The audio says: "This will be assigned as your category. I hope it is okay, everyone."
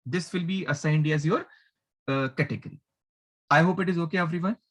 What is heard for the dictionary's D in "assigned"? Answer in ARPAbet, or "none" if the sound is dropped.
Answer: D